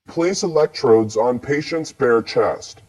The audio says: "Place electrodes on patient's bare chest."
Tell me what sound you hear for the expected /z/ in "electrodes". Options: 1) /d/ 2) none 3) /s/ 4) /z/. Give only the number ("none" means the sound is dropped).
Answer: 4